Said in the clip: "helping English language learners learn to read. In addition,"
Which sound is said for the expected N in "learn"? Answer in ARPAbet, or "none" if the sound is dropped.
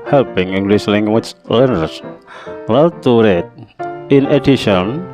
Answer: L